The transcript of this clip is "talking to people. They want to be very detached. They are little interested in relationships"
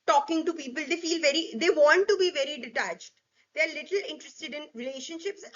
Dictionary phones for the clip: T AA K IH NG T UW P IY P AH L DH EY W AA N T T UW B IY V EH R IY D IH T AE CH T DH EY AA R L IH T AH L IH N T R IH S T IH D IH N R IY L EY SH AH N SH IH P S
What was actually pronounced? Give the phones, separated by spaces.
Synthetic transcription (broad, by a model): T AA K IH NG T UW P IY P AH L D EY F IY L T T UW B IY V EH R IY D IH T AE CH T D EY AA R L IH T AH L IH N T R IH S T IH D IH N R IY L EY SH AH N SH IH P S